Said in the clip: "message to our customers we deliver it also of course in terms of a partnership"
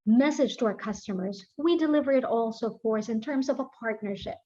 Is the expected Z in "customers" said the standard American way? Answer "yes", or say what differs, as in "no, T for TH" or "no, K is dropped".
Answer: yes